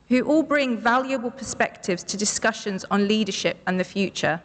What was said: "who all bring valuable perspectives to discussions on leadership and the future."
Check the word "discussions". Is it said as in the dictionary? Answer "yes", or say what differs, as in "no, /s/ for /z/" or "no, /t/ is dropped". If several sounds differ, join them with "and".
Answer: yes